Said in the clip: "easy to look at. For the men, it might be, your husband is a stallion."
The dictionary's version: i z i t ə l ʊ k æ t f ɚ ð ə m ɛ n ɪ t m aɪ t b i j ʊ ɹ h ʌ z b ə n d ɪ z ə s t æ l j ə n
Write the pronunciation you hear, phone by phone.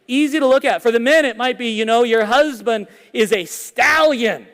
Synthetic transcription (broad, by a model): i z i t ə l ʊ k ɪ t f ɚ ð ə m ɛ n ɪ t m aɪ t b i j ʊ ɹ h ʌ z b ə n d ɪ z ə s t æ l j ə n